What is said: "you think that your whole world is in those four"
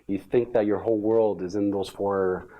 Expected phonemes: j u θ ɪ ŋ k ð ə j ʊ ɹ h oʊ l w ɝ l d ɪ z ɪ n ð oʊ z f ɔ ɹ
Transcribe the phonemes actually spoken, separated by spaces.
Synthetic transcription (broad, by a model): j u θ ɪ ŋ k ð ə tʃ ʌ ɹ h oʊ l w ɝ l d ɪ z ɪ n ð oʊ z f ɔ ɹ